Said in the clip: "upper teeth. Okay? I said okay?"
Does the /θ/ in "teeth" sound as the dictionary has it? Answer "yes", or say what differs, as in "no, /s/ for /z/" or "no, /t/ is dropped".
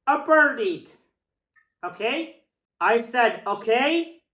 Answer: no, /t/ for /θ/